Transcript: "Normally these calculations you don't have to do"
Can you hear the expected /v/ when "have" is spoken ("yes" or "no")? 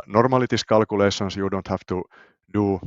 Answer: no